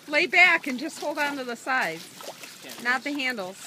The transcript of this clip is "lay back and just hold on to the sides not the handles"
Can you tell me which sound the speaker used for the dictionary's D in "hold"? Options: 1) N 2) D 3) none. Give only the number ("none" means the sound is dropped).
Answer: 2